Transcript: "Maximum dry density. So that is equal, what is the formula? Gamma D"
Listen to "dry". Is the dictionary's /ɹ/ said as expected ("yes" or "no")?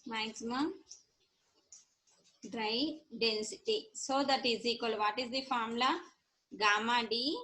yes